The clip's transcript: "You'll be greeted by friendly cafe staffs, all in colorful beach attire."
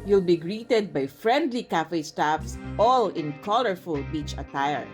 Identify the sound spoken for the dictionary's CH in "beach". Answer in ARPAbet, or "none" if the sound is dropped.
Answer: CH